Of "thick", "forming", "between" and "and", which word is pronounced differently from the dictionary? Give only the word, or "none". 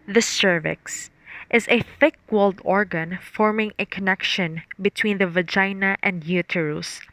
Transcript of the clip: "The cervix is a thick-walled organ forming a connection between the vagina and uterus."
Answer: none